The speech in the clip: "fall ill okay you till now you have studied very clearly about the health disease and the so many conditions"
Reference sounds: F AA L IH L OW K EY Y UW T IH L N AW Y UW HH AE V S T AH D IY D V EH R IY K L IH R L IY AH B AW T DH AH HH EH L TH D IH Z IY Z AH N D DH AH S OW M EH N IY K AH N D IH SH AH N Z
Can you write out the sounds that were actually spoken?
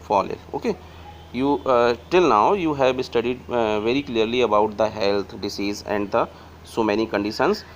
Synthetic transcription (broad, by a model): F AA L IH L OW K EY Y UW T IH L N AW Y UW HH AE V S T AH D IY D V EH R IY K L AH R L IY AH B AW T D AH HH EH L T D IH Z IY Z AH N D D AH S OW M EH N IY K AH N D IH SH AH N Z